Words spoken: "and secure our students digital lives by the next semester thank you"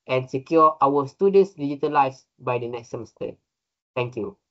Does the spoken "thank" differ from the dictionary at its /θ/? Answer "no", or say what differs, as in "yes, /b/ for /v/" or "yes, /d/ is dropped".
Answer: yes, /t/ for /θ/